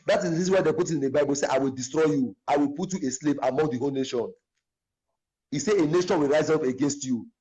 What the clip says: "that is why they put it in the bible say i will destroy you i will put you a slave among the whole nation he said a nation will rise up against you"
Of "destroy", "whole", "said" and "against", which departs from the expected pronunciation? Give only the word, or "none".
said